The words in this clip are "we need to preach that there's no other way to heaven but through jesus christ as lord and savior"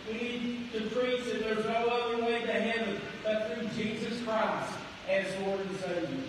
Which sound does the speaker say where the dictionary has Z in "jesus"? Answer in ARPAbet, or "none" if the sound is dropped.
Z